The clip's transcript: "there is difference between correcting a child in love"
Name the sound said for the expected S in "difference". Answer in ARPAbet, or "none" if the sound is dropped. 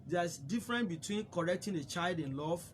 none